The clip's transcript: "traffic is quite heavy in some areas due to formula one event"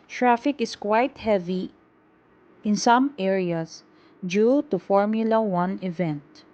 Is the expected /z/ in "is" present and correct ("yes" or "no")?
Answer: no